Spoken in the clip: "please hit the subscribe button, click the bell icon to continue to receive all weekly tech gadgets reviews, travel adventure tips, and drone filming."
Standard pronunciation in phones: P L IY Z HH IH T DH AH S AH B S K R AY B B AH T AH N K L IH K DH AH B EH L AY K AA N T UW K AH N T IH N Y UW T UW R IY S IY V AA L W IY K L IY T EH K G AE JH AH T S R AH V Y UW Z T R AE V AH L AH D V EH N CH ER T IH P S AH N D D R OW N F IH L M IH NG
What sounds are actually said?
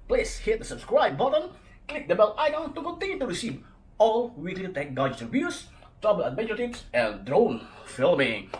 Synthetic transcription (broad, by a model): P L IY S HH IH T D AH S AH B S K R AY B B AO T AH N K L IH K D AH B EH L AY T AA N T UW K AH N T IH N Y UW T UW R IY S IY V AA L W IY K L IY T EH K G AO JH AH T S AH B Y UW S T R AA B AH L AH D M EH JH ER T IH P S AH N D D R OW N F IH L M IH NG